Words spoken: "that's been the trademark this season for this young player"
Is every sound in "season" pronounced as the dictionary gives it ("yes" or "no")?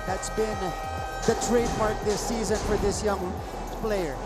yes